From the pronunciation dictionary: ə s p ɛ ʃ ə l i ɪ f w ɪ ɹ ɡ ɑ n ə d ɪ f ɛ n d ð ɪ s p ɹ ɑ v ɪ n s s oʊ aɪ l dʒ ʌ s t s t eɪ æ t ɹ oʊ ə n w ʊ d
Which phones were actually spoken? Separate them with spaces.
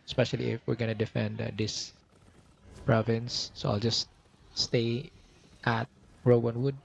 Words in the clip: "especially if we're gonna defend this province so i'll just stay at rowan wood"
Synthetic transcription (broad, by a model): s p ɛ ʃ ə l i ɪ f w ɪ ɹ ɡ ɑ n ə d ɪ f ɛ n d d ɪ s p ɹ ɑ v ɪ n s s oʊ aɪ l dʒ ʌ s t s t eɪ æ t ɹ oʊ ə n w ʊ d